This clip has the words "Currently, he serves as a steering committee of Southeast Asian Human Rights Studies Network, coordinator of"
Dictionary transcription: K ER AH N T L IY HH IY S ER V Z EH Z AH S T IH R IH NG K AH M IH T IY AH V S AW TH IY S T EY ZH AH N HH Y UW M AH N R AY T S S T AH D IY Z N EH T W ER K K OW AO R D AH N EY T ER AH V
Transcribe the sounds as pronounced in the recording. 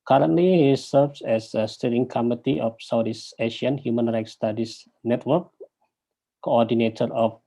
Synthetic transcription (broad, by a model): K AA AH N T L IY HH IY S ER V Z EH S AH S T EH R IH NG K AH M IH T IY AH F S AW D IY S EY SH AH N HH Y UW M AH N R AY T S S T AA D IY S N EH T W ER K K OW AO D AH N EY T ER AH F